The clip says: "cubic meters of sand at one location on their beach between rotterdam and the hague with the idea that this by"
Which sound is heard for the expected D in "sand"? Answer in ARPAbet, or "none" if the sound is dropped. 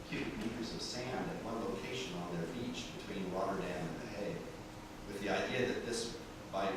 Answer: D